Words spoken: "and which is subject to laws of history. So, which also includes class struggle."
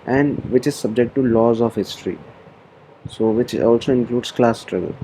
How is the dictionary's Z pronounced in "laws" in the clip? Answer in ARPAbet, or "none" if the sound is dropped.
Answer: Z